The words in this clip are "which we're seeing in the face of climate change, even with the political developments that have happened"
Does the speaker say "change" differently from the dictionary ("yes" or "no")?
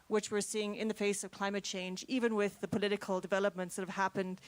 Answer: no